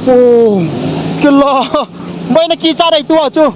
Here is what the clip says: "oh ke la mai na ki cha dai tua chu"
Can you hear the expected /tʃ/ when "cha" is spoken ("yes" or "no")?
no